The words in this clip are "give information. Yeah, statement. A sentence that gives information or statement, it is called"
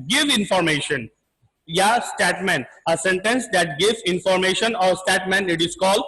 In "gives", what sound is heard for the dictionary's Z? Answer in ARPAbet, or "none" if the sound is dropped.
none